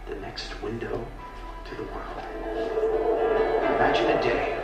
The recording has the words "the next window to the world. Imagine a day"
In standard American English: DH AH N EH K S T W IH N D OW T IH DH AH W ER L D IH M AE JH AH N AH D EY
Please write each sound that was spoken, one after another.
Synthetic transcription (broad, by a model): DH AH N EH K S T W IH N D OW T IH DH AH W ER L D IH M AE JH AH N AH D EY